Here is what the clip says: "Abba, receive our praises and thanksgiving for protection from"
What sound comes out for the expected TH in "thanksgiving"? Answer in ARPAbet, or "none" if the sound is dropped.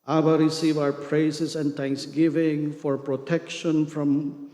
T